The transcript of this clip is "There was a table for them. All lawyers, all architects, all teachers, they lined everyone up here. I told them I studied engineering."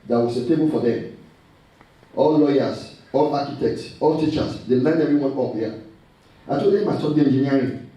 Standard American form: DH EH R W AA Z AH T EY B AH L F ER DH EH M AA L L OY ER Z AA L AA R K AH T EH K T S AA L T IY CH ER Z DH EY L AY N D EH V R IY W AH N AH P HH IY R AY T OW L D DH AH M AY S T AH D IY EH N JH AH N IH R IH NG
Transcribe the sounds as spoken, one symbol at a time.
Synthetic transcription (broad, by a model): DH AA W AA S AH T EY B AH L F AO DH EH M AA L L OY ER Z AA L AA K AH T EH K T S AA L T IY CH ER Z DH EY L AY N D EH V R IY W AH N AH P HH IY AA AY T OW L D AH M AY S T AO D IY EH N JH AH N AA R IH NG